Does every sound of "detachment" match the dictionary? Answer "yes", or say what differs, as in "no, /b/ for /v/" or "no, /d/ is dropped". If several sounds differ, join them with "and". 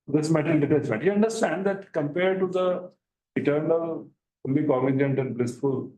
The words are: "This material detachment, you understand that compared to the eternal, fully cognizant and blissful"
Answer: no, /s/ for /tʃ/ and /n/ is dropped